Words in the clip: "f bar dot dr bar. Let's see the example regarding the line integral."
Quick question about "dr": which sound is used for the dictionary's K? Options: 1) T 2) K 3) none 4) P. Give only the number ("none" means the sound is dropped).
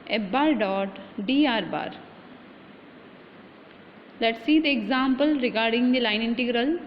3